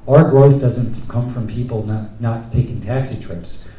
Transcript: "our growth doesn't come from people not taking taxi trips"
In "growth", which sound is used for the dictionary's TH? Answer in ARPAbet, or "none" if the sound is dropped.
TH